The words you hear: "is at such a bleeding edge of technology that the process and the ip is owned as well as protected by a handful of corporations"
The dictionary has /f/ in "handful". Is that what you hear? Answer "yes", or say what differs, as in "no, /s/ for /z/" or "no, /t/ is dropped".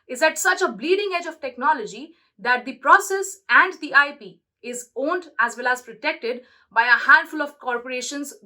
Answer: yes